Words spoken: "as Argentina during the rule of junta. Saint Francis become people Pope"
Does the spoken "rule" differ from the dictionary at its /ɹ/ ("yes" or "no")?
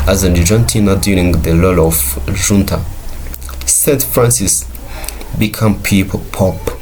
yes